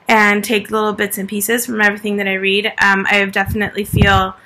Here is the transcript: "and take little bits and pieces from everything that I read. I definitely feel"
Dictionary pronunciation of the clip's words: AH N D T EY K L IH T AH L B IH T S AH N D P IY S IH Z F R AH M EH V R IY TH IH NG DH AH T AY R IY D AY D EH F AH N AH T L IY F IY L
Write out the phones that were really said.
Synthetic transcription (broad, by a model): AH N T EY K L IH T L B IH T S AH N P IY S IH Z F R AH M EH V R IY TH IH NG DH AH T AY R IY D AY D EH F AH N AH T L IY F IY L